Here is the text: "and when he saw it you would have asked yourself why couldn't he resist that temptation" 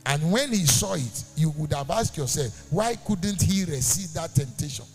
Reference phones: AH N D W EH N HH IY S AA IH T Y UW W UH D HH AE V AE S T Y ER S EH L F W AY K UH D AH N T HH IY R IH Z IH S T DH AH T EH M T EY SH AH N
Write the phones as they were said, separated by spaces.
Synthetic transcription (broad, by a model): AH N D W EH N HH IY S AA IH T Y UW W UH D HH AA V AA S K Y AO S EH L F W AY K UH D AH N T HH IY R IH S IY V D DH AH T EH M T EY SH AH N